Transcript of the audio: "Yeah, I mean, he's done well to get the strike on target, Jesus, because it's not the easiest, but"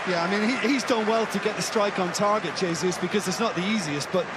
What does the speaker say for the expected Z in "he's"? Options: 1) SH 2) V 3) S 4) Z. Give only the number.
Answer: 4